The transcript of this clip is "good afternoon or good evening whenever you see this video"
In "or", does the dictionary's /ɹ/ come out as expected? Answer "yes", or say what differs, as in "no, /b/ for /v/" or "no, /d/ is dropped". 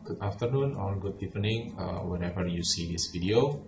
no, /l/ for /ɹ/